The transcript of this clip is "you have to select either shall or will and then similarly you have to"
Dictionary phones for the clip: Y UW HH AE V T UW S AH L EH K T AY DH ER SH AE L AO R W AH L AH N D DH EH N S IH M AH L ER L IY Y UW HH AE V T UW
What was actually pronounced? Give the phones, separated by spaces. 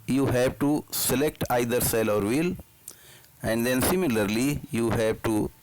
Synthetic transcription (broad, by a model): Y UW HH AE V T UW S AH L EH K T AY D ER S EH L AO R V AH L AH N D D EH N S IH M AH L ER L IY Y UW HH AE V T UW